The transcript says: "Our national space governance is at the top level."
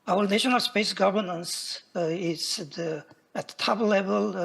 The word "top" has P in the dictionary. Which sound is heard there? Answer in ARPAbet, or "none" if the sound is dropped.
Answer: B